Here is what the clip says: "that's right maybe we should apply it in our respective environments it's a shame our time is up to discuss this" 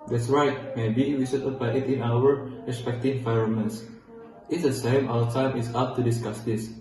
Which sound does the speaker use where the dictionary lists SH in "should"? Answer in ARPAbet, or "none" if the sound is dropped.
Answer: S